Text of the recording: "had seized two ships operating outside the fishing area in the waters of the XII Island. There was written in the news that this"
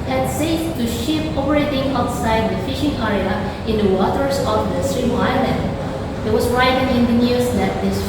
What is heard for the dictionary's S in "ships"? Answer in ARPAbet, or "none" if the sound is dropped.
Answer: none